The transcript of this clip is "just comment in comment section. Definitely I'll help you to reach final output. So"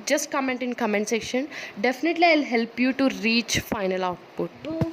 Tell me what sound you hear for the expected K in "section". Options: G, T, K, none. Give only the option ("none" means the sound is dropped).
K